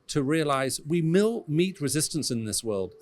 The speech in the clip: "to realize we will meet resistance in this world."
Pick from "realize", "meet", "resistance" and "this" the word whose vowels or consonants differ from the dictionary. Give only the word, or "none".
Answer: none